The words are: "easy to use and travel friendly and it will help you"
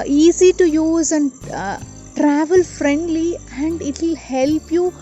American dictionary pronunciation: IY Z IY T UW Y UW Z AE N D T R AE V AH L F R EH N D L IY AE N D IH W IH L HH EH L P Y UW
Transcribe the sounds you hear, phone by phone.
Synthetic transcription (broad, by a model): IY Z IY T UW Y UW Z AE N D T R AE V AH L F R EH N D L IY AE N D IH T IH L HH EH L P Y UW